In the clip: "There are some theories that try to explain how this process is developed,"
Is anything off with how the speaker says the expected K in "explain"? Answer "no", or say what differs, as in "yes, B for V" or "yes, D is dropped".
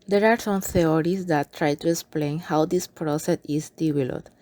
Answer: no